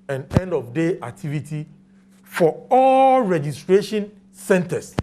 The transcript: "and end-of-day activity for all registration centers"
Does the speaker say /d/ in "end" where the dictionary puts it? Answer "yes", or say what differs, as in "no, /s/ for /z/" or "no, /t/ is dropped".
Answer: yes